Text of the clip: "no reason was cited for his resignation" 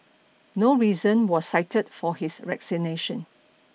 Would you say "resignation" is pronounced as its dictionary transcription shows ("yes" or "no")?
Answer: no